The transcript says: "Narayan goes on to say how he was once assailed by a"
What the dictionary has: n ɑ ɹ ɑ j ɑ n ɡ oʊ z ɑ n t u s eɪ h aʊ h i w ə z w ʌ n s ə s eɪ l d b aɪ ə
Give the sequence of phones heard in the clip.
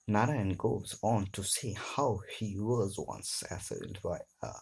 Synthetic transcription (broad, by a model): n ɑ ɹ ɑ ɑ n ɡ oʊ z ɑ n t u s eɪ h aʊ h i w ə z w ʌ n s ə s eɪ d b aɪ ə